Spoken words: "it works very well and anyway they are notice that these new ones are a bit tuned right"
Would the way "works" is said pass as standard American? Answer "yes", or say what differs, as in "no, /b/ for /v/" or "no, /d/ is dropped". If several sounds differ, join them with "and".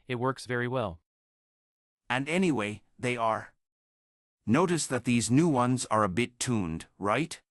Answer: yes